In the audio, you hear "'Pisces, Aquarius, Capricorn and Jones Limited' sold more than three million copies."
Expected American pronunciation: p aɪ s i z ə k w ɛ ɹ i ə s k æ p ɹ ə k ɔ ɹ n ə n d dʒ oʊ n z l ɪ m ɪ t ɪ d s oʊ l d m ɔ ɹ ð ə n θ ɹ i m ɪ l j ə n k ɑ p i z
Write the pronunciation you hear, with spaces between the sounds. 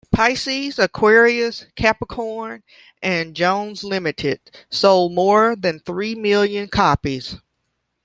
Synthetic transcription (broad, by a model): p aɪ s i z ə k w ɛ ɹ i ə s k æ p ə k ɔ ɹ n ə n dʒ oʊ n z l ɪ m ɪ t ɪ d s oʊ l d m ɔ ɹ ð ə n θ ɹ i m ɪ l j ə n k ɑ p i z